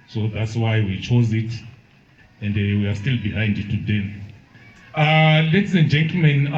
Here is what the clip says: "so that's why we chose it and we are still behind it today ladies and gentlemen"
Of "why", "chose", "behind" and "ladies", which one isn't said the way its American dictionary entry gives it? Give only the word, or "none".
ladies